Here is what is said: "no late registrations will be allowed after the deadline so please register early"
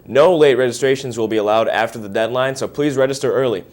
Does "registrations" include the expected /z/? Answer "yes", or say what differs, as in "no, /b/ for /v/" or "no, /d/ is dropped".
yes